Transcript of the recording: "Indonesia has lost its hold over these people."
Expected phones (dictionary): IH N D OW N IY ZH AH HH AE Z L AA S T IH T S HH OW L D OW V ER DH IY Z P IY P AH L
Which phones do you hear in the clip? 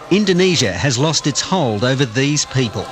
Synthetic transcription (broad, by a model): IH N D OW N IY ZH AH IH Z L AA S T IH T S HH OW L D OW V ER DH IY Z P IY P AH L